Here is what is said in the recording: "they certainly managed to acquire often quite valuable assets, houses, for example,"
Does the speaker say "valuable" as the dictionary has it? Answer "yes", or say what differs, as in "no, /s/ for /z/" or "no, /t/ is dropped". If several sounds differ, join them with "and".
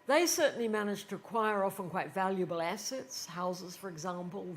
yes